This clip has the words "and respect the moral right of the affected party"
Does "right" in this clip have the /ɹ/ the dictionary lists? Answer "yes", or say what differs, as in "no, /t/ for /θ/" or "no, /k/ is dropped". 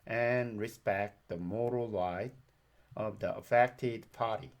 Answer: no, /l/ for /ɹ/